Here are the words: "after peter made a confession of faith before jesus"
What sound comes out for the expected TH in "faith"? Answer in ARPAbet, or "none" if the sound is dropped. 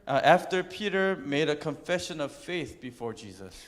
TH